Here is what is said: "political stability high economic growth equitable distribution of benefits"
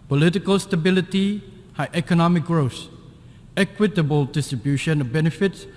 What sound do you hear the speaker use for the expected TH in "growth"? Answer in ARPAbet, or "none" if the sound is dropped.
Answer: S